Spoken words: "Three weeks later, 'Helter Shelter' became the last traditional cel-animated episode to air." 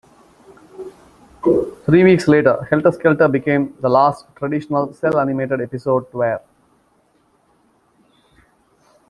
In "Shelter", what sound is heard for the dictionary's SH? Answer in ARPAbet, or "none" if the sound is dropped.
S